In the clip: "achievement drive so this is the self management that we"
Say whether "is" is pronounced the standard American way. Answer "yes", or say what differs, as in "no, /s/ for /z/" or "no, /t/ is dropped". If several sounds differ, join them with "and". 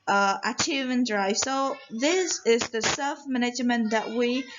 yes